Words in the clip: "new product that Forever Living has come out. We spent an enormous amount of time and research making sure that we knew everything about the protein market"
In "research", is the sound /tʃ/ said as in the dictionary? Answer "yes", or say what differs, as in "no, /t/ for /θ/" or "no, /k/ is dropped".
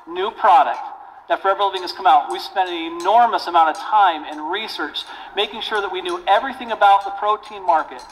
yes